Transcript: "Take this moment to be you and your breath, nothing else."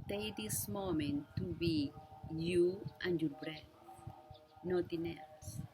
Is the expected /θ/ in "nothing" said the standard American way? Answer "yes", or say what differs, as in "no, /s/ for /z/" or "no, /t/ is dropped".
no, /t/ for /θ/